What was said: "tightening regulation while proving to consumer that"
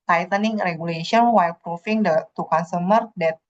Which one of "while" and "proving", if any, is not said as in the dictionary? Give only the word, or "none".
proving